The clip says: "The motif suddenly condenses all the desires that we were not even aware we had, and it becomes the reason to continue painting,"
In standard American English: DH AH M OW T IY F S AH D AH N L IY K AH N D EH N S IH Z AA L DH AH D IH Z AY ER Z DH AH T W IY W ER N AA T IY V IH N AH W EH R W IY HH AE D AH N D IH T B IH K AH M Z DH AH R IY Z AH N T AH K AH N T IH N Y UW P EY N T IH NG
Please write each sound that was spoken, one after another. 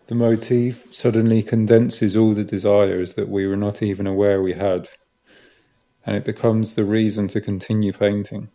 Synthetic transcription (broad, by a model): DH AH M OW T IY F S AH D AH N L IY K AH N D EH N S IH Z AA L DH AH D IH Z AY ER Z DH AH T W IY W ER N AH T IY V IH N AH W EH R W IY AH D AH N IH T B IH K AH M Z DH AH R IY Z AH N T AH K AH N T IH N Y UW P EY N T IH NG